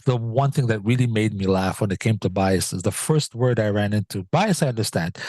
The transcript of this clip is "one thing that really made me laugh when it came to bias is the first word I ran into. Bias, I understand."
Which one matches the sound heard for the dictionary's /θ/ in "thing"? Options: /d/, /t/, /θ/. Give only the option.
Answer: /θ/